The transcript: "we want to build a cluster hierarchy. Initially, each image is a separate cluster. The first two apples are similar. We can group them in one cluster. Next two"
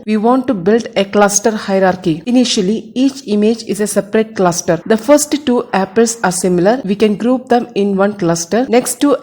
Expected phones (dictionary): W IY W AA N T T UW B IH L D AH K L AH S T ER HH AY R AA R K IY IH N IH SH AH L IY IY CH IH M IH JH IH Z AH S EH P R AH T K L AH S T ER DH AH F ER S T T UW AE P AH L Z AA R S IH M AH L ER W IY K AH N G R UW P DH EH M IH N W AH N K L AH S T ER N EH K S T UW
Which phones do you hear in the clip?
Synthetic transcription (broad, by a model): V IY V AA N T T UW B IH L D AH K L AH S T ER HH AY R AA R K IY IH N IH SH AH L IY IY CH IH M IH JH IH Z AH S EH P R AH T K L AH S T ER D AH F ER S T T UW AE P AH L S AA R S IH M AH L ER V IY K AH N G R UW P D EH M IH N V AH N K L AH S T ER N EH K S T UW